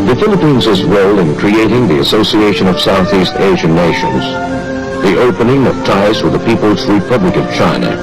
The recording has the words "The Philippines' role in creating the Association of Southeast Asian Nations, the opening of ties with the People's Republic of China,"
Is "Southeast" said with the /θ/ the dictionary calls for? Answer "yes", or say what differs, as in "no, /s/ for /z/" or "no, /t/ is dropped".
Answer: yes